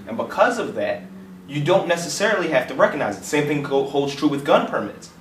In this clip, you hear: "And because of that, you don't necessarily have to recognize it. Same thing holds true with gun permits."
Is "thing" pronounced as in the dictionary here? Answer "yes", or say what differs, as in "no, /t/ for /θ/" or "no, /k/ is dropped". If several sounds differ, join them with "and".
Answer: yes